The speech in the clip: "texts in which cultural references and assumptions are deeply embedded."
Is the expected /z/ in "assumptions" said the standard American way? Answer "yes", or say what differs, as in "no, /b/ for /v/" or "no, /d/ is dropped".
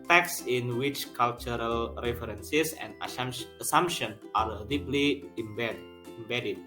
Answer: no, /z/ is dropped